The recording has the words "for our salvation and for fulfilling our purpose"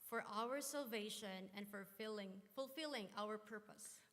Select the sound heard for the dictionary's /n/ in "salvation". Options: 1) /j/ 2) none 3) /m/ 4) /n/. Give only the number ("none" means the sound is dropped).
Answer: 4